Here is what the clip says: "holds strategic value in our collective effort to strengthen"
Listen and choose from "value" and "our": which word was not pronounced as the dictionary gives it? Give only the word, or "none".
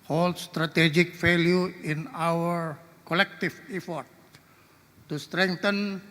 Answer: value